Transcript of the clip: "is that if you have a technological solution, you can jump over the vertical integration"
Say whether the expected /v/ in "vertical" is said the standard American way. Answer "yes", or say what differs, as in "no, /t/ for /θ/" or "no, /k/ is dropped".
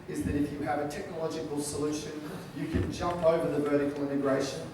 yes